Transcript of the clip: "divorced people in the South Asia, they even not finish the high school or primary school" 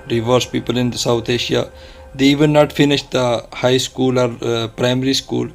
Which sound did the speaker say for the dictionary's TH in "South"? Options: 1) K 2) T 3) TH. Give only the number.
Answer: 2